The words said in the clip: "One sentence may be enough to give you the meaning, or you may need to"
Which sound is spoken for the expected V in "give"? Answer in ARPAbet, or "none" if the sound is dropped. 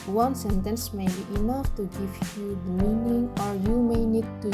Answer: F